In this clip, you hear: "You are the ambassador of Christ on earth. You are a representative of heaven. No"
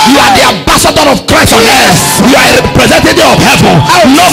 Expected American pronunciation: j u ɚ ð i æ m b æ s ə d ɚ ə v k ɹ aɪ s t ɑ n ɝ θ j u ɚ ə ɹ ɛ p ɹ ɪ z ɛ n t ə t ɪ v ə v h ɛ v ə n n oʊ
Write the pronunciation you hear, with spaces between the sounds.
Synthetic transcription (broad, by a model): j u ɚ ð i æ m b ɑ s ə d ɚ ə v k ɹ aɪ s t ɑ n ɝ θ j u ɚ ə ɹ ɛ p ɹ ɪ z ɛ n t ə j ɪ ə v h ɛ v ə n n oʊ